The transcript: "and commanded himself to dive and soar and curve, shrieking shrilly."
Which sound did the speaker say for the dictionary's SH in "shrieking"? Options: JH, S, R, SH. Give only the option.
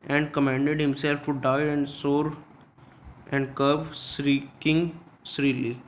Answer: S